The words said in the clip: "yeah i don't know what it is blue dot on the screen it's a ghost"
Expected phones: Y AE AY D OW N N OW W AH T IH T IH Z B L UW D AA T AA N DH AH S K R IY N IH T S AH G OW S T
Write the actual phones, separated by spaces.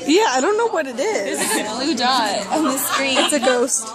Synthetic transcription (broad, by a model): Y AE AY D OW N N OW W AH T IH T IH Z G L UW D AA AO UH DH AH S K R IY IH T S AH G OW S T